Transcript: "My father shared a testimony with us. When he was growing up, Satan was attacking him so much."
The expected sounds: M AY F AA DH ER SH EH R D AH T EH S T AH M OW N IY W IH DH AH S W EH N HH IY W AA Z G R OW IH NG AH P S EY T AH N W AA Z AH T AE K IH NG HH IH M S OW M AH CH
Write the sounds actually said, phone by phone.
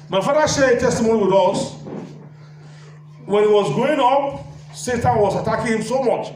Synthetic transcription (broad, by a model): M AY F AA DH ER SH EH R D AH T EH S T AH M OW N IY W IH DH AH S W EH N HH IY W AA Z G OW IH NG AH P S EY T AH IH W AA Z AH T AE K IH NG HH IH M S OW M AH CH